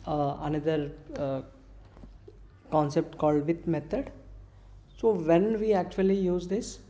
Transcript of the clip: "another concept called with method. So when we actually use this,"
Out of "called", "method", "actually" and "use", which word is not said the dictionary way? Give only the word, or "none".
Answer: method